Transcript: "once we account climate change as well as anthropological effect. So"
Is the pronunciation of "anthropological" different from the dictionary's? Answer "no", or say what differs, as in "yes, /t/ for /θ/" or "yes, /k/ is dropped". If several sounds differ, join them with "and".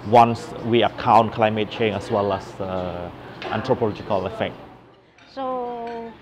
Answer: yes, /t/ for /θ/